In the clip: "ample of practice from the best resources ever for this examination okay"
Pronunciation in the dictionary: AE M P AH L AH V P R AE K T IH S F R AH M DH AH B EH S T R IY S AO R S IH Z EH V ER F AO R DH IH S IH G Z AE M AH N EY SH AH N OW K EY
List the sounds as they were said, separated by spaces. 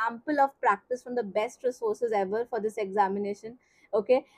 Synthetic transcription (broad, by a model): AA M P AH L AH V P R AE K T IH S F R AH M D AH B EH S T R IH S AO R S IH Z EH V ER F AO R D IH S IH G Z AE M AH N EY SH AH N OW K EY